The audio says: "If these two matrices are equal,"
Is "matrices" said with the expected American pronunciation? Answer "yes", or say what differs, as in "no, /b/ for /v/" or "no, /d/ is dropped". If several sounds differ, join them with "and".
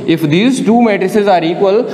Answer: yes